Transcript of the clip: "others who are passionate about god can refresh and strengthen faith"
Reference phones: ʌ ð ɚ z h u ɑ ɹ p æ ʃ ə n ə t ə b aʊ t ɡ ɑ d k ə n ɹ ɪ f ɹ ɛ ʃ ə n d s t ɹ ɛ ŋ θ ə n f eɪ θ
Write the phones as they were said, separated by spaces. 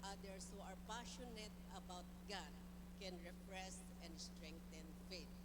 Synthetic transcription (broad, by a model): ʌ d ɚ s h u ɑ ɹ p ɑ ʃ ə n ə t ə b aʊ t ɡ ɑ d k ə n ɹ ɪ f ɹ ɛ s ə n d s t ɹ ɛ ŋ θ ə n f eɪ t